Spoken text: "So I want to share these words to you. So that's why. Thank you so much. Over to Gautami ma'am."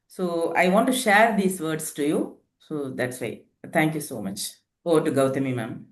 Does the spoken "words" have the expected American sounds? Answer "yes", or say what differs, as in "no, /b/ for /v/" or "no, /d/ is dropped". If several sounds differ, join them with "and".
no, /s/ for /z/